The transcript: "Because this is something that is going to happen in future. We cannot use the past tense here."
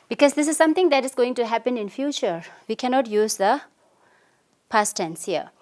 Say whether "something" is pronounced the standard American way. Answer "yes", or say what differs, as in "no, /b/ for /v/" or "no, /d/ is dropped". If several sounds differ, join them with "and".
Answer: no, /t/ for /θ/